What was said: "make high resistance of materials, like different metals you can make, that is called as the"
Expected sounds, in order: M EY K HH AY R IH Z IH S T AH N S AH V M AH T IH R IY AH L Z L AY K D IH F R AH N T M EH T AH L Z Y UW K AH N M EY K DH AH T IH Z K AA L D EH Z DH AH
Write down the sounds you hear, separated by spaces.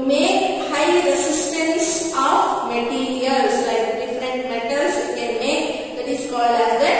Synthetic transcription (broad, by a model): M EY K HH AY R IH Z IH S T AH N S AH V M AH T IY R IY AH L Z L AY K D IH F R AH N T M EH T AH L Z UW K AH N M EY K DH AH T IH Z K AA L AA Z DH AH